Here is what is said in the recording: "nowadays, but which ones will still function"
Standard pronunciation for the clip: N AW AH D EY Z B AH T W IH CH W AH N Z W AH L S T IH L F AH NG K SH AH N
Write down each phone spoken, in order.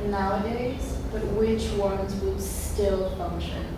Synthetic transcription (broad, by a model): N AW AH D EY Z B AH T W IH CH W AH N Z W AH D S T IH L F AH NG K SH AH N